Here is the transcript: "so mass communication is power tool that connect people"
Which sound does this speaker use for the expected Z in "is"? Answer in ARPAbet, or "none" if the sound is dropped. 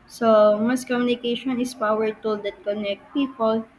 S